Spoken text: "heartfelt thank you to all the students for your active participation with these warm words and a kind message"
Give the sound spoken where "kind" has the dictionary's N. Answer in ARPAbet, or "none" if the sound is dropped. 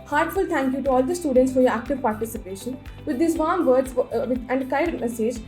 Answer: none